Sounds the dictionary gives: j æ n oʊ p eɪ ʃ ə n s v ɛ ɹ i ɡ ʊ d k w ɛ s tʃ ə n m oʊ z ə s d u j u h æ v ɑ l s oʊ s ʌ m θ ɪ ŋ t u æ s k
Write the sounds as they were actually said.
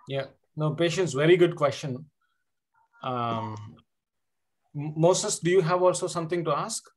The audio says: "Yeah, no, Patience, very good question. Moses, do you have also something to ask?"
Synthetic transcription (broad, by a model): j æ n oʊ p eɪ ʃ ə n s v ɛ ɹ i ɡ ʊ d k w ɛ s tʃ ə n m oʊ s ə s d u j u h æ v ɑ l s oʊ s ʌ m t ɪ ŋ t u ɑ s k